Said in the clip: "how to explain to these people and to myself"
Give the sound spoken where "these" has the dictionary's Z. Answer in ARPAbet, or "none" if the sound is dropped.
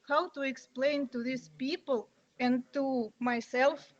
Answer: S